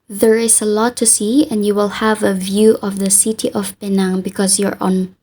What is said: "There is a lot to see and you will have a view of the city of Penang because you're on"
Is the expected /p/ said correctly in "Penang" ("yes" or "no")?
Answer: no